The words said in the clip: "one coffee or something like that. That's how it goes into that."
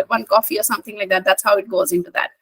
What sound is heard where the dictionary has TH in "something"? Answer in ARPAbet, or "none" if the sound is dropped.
TH